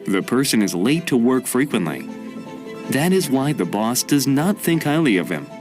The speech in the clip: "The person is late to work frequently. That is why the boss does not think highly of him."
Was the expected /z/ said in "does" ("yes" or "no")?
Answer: yes